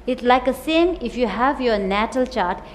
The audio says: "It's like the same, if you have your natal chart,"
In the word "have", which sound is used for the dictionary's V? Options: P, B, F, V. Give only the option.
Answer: V